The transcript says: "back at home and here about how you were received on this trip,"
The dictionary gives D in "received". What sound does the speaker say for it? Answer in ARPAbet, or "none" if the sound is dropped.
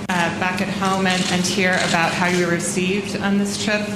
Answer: D